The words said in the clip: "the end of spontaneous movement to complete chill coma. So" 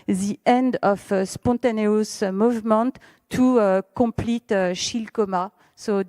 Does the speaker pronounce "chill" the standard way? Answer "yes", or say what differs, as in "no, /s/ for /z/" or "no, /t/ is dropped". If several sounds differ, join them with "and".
no, /ʃ/ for /tʃ/